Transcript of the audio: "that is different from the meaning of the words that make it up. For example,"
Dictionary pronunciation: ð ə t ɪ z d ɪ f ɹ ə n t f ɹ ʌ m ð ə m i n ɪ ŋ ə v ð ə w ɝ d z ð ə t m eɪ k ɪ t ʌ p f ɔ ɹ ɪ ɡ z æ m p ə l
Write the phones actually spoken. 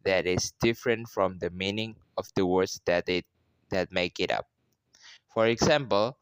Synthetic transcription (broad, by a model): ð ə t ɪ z d ɪ f ɹ ə n t f ɹ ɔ m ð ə m i n ɪ ŋ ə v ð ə w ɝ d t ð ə t m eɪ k ɪ t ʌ p f ɔ ɹ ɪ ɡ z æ m p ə l